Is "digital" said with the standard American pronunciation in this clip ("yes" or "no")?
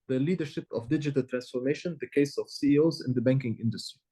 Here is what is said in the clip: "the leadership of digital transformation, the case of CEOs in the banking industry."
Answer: yes